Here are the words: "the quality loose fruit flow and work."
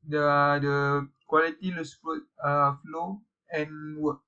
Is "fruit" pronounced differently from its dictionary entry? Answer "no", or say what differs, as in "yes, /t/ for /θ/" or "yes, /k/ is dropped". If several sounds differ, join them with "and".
yes, /ɹ/ is dropped